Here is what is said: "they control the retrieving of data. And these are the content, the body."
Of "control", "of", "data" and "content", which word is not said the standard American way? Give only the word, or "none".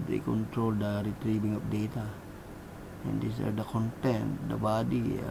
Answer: of